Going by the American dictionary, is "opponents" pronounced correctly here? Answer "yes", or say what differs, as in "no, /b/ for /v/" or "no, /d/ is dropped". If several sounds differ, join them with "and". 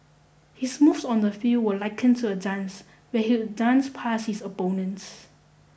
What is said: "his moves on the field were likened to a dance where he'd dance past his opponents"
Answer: no, /b/ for /p/